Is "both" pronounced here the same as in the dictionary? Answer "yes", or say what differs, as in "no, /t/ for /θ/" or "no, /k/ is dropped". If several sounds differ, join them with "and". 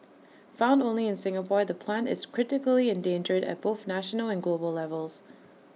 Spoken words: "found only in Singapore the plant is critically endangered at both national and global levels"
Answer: yes